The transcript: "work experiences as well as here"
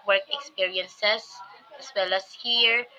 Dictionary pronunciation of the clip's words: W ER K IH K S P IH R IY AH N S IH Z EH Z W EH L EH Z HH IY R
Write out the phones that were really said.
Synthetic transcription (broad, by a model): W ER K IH K S P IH R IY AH N S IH S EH S W EH L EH S HH IY R